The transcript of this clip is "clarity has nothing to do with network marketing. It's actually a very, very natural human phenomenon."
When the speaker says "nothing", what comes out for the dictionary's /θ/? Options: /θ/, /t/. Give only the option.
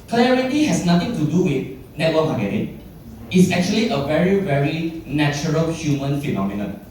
/t/